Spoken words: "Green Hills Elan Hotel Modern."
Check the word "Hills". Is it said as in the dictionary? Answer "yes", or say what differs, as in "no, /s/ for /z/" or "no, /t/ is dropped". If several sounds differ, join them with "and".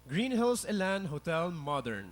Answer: no, /s/ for /z/